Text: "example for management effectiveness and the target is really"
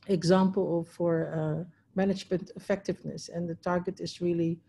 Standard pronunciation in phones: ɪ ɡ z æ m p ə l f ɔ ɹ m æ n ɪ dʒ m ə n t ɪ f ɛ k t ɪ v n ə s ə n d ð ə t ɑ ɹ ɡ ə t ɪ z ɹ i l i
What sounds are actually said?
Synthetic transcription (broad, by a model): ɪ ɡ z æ m p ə l f ɔ ɹ m æ n ɪ dʒ m ə n t ɪ f ɛ k t ɪ v n ə s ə n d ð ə t ɑ ɹ ɡ ə t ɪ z ɹ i l i